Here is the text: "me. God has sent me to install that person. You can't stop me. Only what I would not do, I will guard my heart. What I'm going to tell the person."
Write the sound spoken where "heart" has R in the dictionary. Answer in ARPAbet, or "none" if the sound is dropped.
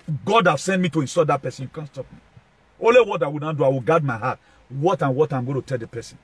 W